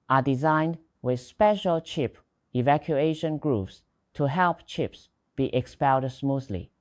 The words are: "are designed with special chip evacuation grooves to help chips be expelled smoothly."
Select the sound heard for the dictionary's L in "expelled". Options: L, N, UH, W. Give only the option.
N